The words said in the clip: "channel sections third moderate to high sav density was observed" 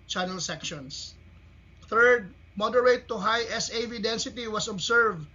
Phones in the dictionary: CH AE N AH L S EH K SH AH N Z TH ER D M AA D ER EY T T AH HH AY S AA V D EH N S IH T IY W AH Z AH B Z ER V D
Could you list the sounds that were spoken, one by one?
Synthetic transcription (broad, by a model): CH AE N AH L S EH K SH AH N S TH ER D M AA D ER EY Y T AH HH AY S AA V D EH N S IH T IY W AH S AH B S ER V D